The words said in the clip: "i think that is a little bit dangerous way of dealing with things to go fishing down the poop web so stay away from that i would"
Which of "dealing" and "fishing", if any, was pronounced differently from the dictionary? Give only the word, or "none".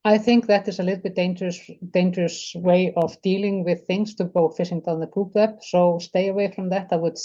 fishing